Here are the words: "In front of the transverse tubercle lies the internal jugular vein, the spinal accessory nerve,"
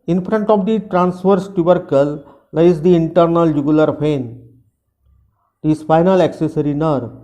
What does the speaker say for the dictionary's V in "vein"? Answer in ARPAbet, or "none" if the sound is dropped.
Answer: P